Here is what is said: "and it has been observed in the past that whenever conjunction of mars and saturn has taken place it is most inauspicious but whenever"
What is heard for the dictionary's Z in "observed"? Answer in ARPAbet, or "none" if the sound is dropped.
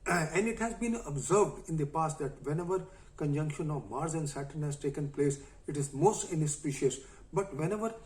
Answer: Z